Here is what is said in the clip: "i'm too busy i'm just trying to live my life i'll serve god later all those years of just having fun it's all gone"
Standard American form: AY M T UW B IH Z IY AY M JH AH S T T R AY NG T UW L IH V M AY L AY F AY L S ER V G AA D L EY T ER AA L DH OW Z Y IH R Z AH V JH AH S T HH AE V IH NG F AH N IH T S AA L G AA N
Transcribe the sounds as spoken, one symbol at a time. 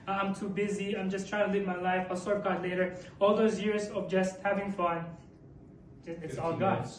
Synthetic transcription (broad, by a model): AY M T UW B IH Z IY AY M JH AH S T T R AY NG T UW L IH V M AY L AY F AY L S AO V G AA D L EY T ER AA L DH OW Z Y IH R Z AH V JH AH S T HH AE V IH NG F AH N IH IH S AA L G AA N